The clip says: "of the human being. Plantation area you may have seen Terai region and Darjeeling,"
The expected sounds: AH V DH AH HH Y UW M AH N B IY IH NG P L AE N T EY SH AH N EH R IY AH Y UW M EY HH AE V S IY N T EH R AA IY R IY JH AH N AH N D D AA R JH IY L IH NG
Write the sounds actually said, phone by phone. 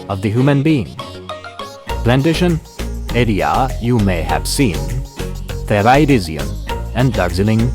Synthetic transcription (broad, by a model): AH V DH AH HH Y UW M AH N B IY IH NG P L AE N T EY SH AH N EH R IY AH Y UW M EY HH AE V S IY N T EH R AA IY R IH Z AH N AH N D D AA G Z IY L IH NG